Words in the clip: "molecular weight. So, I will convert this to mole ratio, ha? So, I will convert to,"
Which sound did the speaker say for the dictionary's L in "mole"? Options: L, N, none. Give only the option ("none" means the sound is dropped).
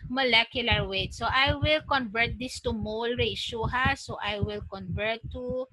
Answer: L